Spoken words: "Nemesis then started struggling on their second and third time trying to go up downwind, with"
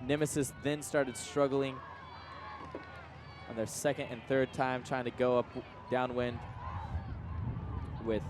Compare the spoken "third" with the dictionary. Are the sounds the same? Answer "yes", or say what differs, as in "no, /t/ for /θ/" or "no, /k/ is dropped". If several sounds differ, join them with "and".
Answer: yes